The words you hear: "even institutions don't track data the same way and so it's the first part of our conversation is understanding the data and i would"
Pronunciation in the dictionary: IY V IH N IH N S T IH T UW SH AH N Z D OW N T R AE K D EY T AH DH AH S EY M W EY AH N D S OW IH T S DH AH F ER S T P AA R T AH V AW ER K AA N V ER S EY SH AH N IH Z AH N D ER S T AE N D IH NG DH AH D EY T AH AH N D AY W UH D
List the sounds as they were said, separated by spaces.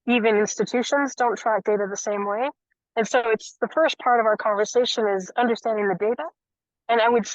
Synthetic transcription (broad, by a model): IY V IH N IH N S T IH T UW SH AH N Z D OW N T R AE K D EY T AH DH AH S EY M W EY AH N S OW IH T S DH AH F ER S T P AA R T AH V AW ER K AA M V ER S EY SH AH N IH Z AH N D ER S T AE N D IH NG DH AH D EY T AH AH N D AY W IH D